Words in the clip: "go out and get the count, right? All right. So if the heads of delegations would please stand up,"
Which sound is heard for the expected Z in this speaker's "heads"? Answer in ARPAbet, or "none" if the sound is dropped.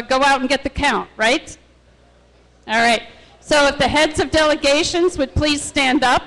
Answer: Z